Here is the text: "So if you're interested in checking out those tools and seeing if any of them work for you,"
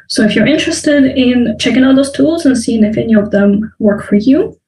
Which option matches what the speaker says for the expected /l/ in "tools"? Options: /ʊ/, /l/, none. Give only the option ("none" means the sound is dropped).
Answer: /l/